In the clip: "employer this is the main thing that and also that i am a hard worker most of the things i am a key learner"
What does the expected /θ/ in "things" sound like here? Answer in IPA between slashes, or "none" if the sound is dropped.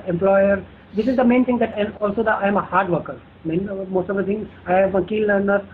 /t/